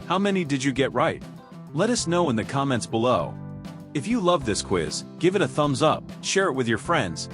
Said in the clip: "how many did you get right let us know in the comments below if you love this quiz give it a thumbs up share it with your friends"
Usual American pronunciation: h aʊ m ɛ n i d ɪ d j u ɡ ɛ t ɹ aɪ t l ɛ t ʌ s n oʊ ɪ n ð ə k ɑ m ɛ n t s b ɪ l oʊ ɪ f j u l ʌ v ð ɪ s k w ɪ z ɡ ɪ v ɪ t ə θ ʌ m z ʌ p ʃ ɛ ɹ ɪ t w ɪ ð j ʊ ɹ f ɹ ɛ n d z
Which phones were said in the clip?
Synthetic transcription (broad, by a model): h aʊ m ɛ n i d ɪ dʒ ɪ ɡ ɛ t ɹ aɪ t l ɛ t ʌ s n oʊ ɪ n ð ə k ɑ m ɛ n t s b ɪ l oʊ ɪ f j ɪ l ʌ v ð ɪ s k w ɪ z ɡ ɪ v ɪ t ə θ ʌ m z ʌ p ʃ ɛ ɹ ɪ t w ɪ ð j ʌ ɹ f ɹ ɛ n d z